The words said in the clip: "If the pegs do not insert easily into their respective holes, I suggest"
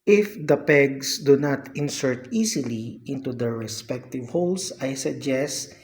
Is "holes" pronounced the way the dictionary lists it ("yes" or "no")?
no